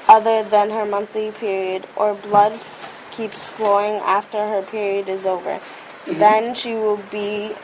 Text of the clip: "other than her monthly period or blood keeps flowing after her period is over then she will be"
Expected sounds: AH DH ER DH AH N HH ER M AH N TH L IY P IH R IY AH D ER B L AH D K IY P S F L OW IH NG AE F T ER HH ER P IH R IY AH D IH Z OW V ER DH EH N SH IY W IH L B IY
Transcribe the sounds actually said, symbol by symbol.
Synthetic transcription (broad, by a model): AH DH ER DH AH N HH ER M AH N TH L IY P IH R IY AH D ER B L AH D K IY P S F L OW IH NG AE F T ER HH ER P IH R IY AH D IH Z OW V ER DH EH N SH IY W IH L B IY